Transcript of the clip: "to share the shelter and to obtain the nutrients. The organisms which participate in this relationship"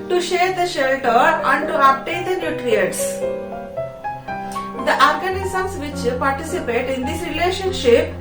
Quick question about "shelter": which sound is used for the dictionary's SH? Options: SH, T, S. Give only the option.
SH